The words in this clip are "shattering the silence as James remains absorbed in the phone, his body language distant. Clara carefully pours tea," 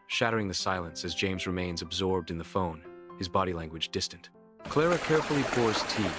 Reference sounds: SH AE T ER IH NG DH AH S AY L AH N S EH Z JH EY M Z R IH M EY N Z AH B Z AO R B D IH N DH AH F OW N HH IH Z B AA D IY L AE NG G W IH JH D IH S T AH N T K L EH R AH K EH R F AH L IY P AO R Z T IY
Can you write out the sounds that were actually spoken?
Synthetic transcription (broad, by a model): SH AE T ER IH NG DH AH S AY L AH N S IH Z JH EY M Z R IH M EY N Z AH B Z AO R B D IH N DH AH F OW N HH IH Z B AA D IY L AE NG G W IH JH D IH S T AH N T K L EH R AH K EH R F L IY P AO R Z T IY